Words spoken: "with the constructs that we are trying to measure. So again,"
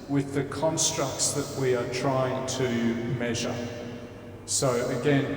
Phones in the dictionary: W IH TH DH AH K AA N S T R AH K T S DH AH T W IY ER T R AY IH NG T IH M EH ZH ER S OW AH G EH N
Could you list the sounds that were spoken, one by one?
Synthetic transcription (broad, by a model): W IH DH AH K AA N S T R AH K T S DH AH T W IY ER T R AY IH NG T IH M EH ZH ER S OW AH G EH N